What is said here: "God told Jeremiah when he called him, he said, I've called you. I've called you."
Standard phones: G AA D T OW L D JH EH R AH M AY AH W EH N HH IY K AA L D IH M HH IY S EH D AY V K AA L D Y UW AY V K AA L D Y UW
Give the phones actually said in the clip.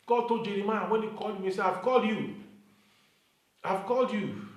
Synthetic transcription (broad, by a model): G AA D T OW JH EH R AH M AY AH W EH N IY K AA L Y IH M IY S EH AY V K AA L D Y UW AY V K AA L D Y UW